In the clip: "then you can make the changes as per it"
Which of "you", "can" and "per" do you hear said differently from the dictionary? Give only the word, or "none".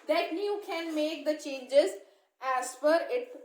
per